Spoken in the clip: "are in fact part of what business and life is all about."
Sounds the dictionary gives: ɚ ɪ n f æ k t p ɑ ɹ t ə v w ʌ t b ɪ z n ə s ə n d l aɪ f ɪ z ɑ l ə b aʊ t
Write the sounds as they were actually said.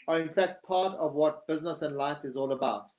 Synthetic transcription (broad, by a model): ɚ ɪ n f æ k t p ɑ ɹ t ə v w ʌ t b ɪ z n ə s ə n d l aɪ f ɪ z ɑ l ə b aʊ t